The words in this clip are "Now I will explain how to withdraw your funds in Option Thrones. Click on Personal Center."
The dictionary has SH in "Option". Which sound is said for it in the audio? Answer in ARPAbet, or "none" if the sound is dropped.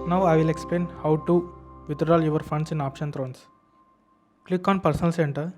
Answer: SH